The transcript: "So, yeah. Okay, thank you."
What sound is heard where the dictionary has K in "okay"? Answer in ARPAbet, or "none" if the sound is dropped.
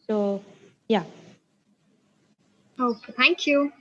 none